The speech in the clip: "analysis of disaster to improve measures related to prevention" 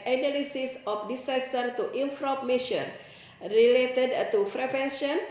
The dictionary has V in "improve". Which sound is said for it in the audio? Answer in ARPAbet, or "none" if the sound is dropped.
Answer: P